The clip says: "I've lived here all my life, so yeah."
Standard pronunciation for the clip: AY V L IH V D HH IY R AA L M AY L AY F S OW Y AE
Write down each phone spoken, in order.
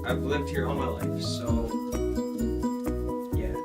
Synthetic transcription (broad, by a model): AY V L IH V D HH IY R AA N M AY L AY F S OW Y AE